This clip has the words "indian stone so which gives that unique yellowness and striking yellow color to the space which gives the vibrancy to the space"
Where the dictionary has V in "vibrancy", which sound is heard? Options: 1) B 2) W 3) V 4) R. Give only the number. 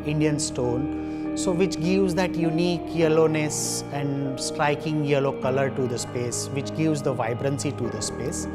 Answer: 3